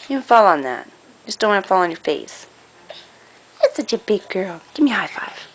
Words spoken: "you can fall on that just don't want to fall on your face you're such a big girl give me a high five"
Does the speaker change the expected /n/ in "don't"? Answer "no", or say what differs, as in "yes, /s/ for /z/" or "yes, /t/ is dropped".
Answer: yes, /l/ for /n/